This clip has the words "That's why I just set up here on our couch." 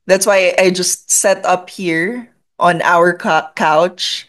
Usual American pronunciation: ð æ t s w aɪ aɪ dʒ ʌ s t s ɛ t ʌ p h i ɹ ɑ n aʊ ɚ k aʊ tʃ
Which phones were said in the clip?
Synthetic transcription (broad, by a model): ð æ t s w aɪ aɪ dʒ ʌ s t s ɛ t ʌ p h i ɹ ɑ n aʊ ɚ k aʊ tʃ